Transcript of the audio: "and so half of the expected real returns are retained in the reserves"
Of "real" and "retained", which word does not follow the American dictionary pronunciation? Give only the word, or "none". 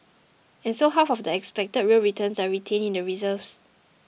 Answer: retained